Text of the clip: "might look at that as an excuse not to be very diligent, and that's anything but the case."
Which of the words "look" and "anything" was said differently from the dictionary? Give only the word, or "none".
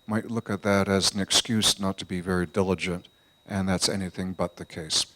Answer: none